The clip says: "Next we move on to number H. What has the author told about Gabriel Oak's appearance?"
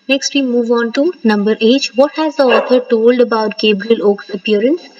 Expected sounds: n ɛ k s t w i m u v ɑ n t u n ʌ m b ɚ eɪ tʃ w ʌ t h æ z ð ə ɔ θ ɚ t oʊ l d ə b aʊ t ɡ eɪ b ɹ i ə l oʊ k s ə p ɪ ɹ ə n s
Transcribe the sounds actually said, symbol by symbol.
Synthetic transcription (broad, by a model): n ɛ k s t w i m u v ɑ n t u n ʌ m b ɚ eɪ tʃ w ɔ t h æ z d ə ɔ t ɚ t oʊ l d ə b aʊ t ɡ eɪ b ɹ i ə l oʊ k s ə p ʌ ɹ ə n s